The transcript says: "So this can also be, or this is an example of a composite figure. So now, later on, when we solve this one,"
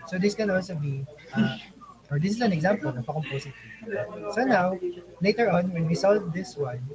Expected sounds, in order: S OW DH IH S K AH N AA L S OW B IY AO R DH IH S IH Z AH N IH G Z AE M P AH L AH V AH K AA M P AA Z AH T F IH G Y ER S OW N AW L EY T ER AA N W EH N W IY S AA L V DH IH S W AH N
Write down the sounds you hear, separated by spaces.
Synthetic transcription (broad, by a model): S OW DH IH S K AH N AA L S OW B IY AO R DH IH S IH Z AH N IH G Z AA M P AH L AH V AH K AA M P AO S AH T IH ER S OW N AW L EY T ER AA N W EH N W IY S AA L V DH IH S W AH N